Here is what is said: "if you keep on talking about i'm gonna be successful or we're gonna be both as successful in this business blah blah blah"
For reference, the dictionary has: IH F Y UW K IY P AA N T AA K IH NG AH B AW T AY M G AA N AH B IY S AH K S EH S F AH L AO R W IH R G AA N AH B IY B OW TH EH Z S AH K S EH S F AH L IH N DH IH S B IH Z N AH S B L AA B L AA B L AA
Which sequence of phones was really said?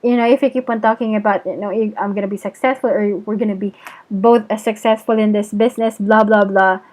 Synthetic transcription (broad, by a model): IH F Y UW K IY P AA N T AA K IH NG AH B AW T AY M G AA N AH B IY S AH K S EH S F AH L AO R W IH R G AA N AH B IY B OW TH S AH K S EH S F AH L IH N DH IH S B IH S N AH S B L AA B L AA B L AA